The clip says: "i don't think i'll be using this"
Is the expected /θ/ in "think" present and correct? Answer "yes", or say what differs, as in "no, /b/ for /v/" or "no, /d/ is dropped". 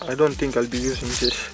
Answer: no, /t/ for /θ/